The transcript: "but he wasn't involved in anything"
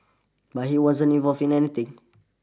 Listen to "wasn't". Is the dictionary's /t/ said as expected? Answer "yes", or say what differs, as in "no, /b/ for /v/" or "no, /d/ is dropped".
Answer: no, /t/ is dropped